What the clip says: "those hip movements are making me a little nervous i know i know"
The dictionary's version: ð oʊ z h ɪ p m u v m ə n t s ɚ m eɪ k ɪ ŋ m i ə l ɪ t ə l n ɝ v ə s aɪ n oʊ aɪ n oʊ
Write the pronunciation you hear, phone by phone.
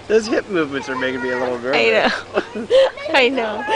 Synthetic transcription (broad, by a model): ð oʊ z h ɪ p m u v m ə n t s ɚ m eɪ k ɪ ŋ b i ə l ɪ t l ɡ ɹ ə ɪ n oʊ aɪ n oʊ